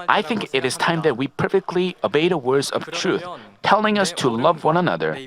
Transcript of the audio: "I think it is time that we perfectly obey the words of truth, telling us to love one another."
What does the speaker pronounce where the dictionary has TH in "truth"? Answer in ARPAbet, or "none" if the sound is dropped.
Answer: TH